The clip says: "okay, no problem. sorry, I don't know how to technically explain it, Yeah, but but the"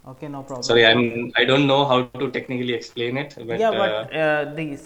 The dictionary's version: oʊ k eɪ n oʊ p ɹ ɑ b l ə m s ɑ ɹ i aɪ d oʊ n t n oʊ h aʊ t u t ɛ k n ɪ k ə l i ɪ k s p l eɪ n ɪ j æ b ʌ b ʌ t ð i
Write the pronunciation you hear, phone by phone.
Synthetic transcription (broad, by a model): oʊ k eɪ n oʊ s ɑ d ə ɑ i aɪ d oʊ n t n oʊ h aʊ t u t ɛ k n ɪ k ə l i ɪ k s p l eɪ n ɪ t b ʌ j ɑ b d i